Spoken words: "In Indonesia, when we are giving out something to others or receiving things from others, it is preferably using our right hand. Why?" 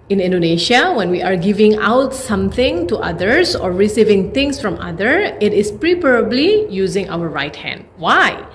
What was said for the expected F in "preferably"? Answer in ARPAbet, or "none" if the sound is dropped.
P